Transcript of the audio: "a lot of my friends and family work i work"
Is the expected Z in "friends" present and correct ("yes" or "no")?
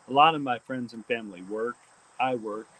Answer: yes